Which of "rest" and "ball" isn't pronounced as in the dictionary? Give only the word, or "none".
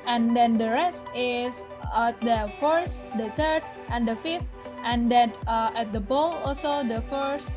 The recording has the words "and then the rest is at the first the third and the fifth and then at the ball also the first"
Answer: none